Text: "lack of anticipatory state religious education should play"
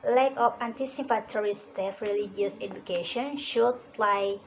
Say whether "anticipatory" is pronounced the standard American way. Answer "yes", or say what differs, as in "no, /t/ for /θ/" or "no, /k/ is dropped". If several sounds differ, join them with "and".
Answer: no, /f/ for /p/